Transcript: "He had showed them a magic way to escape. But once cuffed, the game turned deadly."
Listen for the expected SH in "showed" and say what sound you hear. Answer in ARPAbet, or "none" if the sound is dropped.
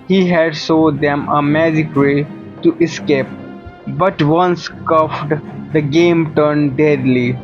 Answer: S